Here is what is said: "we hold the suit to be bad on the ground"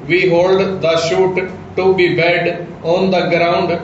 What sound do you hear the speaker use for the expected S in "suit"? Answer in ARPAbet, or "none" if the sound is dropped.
SH